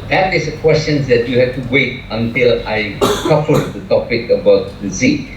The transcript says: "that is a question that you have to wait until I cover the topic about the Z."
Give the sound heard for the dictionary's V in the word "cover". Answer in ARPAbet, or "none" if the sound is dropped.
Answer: F